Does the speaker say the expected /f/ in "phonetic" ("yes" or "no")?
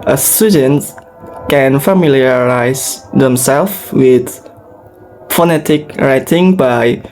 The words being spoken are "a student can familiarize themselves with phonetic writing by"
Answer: yes